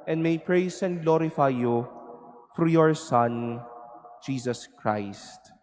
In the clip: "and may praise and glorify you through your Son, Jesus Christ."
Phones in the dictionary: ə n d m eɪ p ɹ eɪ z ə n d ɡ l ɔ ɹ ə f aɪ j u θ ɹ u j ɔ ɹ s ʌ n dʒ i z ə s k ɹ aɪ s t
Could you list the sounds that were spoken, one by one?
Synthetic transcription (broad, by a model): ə n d m eɪ p ɹ eɪ s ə n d ɡ l ɔ ɹ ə f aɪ j u f ɹ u j ɔ ɹ s ʌ n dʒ i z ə s k ɹ aɪ s t